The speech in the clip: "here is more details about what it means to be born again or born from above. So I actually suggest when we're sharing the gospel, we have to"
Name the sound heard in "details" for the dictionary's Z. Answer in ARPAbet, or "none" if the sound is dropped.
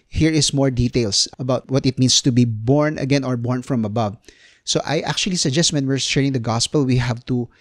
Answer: S